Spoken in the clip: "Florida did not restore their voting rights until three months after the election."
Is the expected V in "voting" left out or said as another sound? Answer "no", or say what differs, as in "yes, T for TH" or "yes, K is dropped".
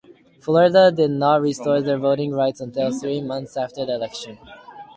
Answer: no